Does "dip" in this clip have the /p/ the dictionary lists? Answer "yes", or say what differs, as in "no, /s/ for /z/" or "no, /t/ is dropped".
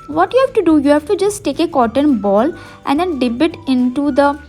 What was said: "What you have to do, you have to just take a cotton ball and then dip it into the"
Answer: no, /b/ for /p/